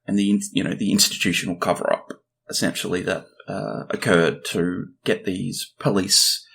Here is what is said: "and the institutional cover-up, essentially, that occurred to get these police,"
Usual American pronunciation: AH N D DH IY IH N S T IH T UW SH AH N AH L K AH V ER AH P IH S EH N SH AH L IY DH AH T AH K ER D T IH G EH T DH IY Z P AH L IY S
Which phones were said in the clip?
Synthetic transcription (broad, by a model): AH N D DH IY IH N S T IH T UW SH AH N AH L K AH V ER AH P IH S EH N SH L IY DH AH T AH K ER D T IH G EH T DH IY Z P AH L IY S